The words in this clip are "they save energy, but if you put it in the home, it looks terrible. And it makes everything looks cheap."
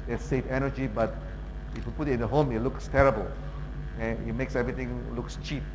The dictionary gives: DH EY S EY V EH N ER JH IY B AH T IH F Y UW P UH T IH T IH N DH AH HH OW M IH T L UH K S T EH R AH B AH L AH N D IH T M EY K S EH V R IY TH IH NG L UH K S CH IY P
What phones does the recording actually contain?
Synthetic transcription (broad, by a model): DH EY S EY F EH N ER JH IY B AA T IH F Y UW P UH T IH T IH N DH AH HH OW M IH T L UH K S T EH R AH B AH L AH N IH T M EY K S EH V R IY T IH NG L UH K S CH IY P